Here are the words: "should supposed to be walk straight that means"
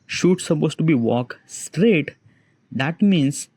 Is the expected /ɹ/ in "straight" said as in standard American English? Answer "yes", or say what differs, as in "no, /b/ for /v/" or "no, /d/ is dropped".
yes